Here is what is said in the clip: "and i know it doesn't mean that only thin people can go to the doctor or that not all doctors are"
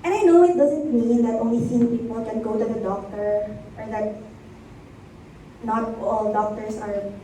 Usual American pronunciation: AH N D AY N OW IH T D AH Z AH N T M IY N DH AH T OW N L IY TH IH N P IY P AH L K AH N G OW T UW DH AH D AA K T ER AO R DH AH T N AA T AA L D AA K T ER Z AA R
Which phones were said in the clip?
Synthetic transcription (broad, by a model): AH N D AY N OW IH T D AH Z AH N T M IY N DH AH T OW N L IY S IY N P IY P AH L K AH N G OW T UW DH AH D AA K T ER AO R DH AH T N AA T AA L D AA K T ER S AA R